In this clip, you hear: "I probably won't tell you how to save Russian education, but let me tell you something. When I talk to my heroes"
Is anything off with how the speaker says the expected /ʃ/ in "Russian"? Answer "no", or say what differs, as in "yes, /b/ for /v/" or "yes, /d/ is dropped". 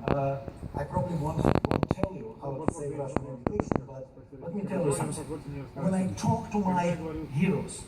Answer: yes, /ʃ/ is dropped